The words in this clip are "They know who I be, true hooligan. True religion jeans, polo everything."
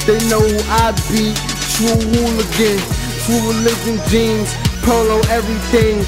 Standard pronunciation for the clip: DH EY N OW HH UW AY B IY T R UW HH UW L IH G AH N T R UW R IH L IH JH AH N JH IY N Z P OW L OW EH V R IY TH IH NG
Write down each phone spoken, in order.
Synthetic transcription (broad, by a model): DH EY N OW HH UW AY B IY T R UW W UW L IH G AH N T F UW L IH L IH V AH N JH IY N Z P OW L OW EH V R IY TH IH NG